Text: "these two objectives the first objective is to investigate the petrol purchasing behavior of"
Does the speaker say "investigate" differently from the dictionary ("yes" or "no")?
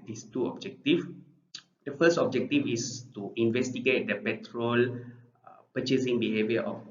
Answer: no